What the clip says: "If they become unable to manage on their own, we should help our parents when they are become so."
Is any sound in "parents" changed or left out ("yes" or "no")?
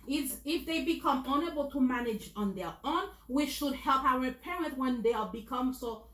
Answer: yes